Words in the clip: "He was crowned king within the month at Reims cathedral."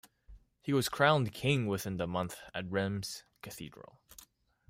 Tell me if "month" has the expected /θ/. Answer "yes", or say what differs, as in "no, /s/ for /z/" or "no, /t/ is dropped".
yes